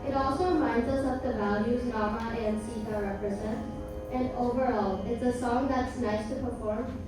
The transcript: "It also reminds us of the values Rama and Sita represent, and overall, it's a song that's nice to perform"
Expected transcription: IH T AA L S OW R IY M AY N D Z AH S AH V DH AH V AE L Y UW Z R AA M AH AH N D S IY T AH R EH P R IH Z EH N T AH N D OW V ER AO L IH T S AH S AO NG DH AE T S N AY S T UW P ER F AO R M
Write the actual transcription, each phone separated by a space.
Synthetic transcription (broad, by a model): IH T AA L S OW R IY M AY N D Z AH S AH V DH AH V AE L Y UW Z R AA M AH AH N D S IY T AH R EH P R IH Z EH N T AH N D OW V ER AO L IH T S AH S AO NG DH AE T S N AY S T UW P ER F AO R M